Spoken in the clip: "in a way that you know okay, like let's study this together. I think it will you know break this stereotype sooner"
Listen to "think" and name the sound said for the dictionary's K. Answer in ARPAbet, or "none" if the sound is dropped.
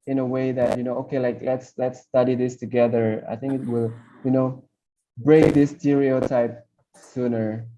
K